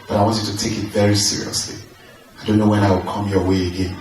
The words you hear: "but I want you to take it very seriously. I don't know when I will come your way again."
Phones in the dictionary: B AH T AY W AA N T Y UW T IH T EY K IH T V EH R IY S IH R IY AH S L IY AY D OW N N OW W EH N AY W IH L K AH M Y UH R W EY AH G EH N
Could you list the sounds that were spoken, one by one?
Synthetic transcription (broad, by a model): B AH T AY W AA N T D T IH T EY K IH T V EH R IY S IH R IY AH S L IY AY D OW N N OW W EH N AY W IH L K AH M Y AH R W EY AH G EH N